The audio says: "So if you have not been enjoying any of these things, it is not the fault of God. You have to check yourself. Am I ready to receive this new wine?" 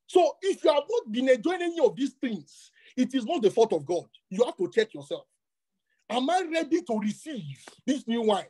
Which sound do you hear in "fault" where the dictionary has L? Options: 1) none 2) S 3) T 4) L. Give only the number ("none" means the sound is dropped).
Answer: 1